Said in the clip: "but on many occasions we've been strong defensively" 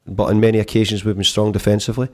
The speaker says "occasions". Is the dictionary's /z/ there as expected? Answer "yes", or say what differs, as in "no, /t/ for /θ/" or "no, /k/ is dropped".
yes